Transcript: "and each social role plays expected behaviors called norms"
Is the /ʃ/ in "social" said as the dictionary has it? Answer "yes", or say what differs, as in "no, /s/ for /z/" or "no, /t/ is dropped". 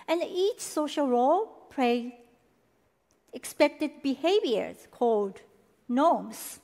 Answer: yes